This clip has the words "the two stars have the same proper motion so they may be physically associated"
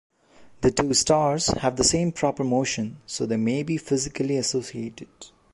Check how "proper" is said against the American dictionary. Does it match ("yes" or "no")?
yes